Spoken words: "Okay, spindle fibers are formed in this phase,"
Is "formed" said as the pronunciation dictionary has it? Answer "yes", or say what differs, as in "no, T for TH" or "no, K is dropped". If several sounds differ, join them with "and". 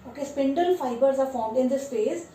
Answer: yes